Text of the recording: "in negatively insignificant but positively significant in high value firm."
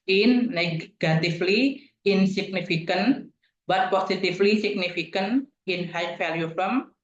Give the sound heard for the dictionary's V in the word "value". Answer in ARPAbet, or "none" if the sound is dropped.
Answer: F